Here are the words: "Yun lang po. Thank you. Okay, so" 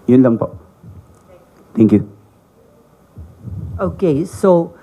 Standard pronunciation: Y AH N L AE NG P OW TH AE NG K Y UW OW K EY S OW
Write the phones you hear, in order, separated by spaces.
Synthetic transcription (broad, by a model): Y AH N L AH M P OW T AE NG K Y UW OW K EY S OW